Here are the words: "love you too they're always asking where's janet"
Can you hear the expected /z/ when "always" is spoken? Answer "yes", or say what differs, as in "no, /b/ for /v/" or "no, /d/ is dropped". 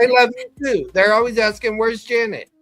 yes